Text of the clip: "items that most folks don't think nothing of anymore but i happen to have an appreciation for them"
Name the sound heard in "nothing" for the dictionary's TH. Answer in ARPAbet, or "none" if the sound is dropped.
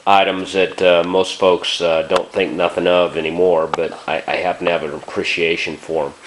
TH